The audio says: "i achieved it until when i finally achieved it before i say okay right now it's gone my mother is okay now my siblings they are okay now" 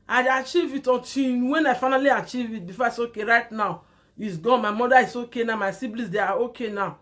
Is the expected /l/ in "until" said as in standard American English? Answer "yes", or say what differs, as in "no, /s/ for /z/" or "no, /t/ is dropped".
no, /n/ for /l/